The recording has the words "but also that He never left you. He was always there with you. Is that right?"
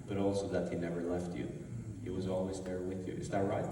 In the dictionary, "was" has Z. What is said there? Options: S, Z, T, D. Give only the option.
Z